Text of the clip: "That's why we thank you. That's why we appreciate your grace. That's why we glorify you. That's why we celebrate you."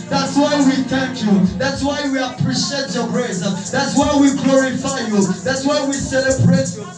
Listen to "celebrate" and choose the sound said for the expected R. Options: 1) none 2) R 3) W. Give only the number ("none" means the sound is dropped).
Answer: 2